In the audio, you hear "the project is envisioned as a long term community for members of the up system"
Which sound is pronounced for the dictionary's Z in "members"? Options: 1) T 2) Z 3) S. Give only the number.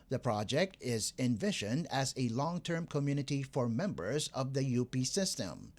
2